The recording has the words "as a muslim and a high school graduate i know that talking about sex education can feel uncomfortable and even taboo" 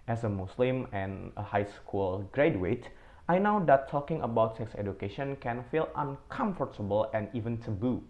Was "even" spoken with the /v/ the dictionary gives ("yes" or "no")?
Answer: yes